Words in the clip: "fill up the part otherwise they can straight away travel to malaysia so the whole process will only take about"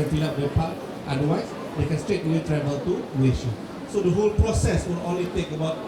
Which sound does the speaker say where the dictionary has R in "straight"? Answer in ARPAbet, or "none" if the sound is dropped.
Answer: R